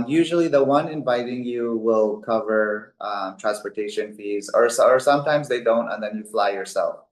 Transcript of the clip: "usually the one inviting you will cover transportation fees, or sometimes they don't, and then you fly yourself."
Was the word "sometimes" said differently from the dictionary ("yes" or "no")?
no